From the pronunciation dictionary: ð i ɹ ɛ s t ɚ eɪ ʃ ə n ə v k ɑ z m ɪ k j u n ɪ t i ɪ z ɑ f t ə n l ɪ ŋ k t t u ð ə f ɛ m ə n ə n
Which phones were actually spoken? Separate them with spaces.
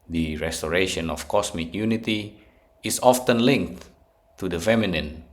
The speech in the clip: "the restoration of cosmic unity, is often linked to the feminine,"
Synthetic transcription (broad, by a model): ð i ɹ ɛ s t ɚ eɪ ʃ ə n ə f k ɑ s m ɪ k j u n ɪ t i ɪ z ɑ f t ə n l ɪ ŋ k t t u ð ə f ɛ m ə n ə n